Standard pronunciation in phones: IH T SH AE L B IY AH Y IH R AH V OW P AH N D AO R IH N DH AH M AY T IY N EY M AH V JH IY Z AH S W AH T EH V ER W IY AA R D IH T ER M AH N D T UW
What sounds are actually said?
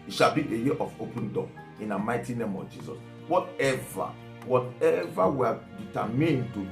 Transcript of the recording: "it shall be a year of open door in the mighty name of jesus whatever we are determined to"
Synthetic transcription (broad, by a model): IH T SH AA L B IY AH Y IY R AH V OW P AH N D AO IH N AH M AY T IY N EY M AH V JH IY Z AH S W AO T EH V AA W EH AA W D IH T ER M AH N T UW